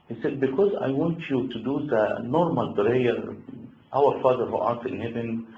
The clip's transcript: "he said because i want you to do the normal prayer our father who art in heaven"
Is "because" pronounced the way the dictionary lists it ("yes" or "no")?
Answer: yes